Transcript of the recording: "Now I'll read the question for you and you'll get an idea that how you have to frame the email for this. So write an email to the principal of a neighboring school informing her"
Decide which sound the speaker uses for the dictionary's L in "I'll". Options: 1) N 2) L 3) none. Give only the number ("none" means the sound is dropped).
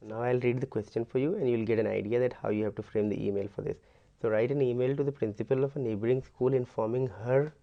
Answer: 2